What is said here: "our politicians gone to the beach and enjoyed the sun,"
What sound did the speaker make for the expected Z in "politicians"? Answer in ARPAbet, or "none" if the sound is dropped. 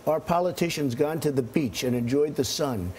Z